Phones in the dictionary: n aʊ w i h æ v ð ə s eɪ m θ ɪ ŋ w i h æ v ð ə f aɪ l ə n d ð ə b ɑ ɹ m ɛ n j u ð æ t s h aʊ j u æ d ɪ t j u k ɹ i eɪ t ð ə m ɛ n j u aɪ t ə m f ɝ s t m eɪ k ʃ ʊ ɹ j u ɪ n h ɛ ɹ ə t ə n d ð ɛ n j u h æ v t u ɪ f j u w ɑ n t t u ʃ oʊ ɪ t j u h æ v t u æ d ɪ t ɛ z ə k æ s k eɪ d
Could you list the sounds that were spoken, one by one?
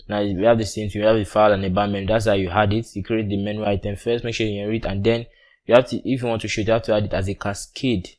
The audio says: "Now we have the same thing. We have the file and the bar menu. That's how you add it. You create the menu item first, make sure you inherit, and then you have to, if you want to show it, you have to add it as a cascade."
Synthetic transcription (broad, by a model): n aʊ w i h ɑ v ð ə s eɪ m t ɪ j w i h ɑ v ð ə f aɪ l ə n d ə b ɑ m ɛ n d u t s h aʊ j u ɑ d ɪ t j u k ɹ i eɪ t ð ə m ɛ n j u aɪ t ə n f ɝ s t m eɪ k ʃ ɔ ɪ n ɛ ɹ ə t ə n d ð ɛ n j u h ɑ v t u ɪ f j u w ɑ n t t u ʃ ɪ t j u h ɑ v t u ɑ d ɪ t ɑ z ə k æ s k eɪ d